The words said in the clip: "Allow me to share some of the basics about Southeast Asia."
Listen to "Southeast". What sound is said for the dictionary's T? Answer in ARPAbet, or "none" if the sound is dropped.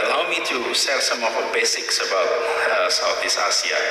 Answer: none